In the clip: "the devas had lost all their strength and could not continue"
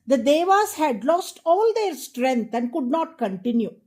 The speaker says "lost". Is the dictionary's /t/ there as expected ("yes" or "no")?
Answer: yes